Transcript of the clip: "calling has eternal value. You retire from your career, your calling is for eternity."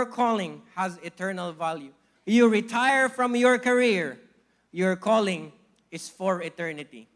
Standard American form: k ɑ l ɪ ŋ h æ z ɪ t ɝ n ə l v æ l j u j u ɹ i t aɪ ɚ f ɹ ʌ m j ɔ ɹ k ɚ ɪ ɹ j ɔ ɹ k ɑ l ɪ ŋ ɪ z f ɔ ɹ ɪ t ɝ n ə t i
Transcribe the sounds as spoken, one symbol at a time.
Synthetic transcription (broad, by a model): k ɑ l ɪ ŋ h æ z ɪ t ɝ n ə l v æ l j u j u ɹ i t aɪ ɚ f ɹ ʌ m j ɔ ɹ k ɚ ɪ ɹ j ɔ ɹ k ɑ l ɪ ŋ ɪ s f ɔ ɹ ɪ t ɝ n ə t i